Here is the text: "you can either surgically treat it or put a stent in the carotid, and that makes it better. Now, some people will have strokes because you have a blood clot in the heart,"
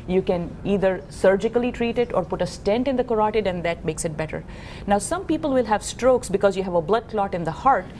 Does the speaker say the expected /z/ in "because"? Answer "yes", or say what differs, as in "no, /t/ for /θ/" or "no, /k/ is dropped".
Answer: yes